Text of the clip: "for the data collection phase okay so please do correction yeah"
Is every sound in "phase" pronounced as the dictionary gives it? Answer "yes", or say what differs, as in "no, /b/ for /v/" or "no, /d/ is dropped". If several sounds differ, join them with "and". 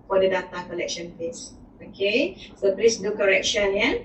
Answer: no, /p/ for /f/ and /s/ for /z/